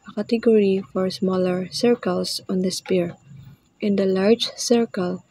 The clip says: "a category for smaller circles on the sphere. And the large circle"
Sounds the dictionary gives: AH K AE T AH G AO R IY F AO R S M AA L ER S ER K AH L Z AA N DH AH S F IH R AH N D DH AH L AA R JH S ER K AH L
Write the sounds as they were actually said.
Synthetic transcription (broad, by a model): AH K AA T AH G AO R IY F AO R S M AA L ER S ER K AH L S AA N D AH S P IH R AH N D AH L AA R JH S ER K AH L